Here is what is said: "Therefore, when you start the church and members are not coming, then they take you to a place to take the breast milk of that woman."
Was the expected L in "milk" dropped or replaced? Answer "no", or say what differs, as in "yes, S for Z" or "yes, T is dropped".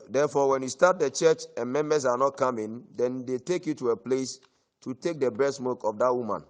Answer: yes, L is dropped